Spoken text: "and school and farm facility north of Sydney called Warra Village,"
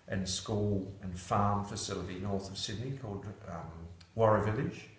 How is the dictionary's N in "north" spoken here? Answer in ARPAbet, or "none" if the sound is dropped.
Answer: N